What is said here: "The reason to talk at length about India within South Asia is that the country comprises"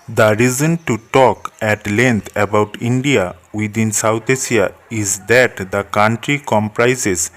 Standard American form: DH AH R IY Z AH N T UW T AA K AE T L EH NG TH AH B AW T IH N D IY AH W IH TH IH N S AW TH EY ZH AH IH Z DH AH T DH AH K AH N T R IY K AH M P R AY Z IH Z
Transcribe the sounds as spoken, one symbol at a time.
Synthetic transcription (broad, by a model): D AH R IY Z AH N T UW T AA K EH T L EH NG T AH B AW T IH N D IY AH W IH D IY N S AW T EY S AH IH Z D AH T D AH K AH N T R IY K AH M P R AY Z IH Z